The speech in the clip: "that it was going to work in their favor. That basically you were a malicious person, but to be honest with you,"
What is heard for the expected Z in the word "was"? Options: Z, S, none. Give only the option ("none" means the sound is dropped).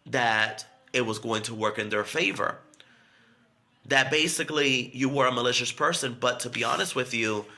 Z